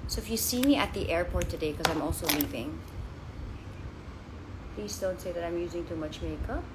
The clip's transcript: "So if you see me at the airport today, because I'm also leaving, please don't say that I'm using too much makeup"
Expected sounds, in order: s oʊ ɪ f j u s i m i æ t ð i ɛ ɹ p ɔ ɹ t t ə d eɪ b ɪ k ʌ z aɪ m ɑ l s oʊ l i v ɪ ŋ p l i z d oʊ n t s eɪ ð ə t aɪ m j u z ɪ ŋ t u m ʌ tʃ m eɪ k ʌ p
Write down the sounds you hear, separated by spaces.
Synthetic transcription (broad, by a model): s oʊ ɪ f j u s i m i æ t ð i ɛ ɹ p ɔ ɹ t t ə d eɪ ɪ k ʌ z aɪ m ɑ l s oʊ l i v ɪ ŋ p l i z d oʊ n t s eɪ ð ə t aɪ m j u z ɪ ŋ t u m ʌ tʃ m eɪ k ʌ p